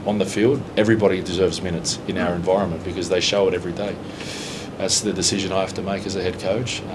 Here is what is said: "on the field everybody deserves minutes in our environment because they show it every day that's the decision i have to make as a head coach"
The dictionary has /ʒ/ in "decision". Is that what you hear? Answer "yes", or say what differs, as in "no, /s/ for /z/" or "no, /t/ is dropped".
yes